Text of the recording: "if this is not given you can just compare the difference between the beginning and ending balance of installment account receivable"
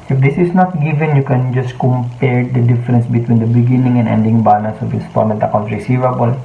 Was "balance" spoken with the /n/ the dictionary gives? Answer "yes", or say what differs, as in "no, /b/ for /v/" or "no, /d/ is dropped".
no, /n/ is dropped